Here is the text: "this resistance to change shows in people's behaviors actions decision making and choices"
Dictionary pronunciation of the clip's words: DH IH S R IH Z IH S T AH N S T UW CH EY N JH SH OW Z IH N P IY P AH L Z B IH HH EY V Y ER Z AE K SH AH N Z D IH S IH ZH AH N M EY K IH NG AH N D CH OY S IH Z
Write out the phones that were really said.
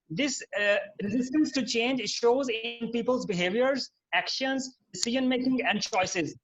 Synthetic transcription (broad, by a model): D IH S R IH Z IH S T AH N S T UW CH EY N JH SH OW Z IH N P IY P AH L Z B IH HH EY V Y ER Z AE K SH AH N Z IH S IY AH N M EY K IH NG AH N D CH OY S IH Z